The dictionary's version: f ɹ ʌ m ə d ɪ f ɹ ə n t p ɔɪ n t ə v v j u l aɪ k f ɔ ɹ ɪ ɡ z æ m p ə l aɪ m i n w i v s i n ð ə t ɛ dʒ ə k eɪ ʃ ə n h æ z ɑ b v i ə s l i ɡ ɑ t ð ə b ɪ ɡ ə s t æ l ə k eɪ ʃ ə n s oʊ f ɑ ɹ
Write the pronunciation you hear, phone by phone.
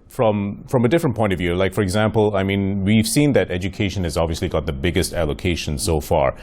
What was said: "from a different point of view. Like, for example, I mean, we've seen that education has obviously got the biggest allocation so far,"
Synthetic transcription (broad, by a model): f ɹ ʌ m ə d ɪ f ɹ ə n p ɔɪ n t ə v v j u l aɪ k f ɔ ɹ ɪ ɡ z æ m p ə l aɪ m i n w i v s i n ð ə t ɛ dʒ ə k eɪ ʃ ə n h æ z ɑ b v i ə s l i ɡ ɑ t ð ə b ɪ ɡ ə s t æ l ə k eɪ ʃ ə n s oʊ f ɑ ɹ